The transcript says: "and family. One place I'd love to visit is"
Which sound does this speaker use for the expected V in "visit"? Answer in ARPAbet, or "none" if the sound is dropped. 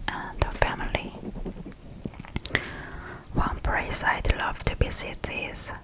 B